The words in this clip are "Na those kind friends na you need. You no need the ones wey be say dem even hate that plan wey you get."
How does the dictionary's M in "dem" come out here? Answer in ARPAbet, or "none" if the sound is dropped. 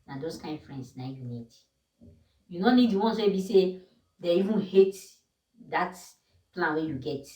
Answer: none